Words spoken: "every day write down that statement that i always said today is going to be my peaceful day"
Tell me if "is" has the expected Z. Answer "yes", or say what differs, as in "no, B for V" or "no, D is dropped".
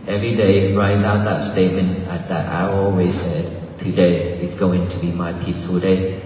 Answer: no, S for Z